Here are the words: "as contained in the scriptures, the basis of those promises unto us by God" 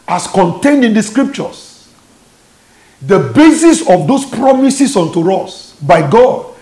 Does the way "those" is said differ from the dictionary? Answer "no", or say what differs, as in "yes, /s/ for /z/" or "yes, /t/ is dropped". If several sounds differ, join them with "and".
yes, /s/ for /z/